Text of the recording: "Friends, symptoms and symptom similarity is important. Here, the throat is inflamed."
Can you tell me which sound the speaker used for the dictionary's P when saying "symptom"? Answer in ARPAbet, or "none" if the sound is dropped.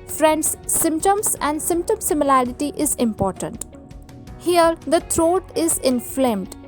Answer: P